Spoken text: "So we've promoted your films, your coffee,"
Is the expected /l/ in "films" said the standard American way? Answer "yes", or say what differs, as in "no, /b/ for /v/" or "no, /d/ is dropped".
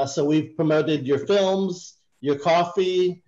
yes